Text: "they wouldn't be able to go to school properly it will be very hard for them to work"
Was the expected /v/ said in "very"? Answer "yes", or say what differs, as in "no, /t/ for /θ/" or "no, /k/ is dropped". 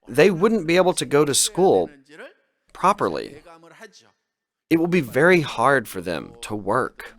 yes